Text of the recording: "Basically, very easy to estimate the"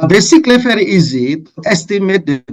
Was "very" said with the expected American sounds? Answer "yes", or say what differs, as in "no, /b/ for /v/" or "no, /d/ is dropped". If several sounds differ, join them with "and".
no, /f/ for /v/